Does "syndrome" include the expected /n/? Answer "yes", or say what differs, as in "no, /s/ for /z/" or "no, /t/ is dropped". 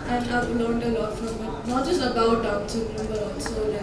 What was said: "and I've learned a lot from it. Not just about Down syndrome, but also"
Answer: no, /n/ is dropped